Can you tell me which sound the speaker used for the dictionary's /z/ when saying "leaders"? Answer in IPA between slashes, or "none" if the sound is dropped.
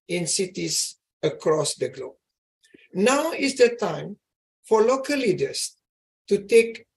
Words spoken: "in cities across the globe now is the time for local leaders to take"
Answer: /s/